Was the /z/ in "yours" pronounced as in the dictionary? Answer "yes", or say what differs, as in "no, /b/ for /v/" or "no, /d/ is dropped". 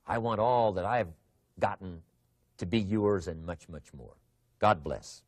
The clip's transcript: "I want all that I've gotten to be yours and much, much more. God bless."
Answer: yes